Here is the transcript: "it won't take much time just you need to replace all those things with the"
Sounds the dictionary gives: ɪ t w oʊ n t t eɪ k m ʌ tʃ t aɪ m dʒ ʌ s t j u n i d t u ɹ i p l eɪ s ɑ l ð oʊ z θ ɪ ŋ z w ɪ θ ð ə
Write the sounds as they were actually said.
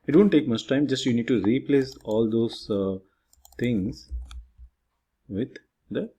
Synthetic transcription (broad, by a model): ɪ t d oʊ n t t eɪ k m ʌ tʃ t aɪ m dʒ ʌ s t j u n i d t u ɹ i p l eɪ s ɑ l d oʊ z t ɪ ŋ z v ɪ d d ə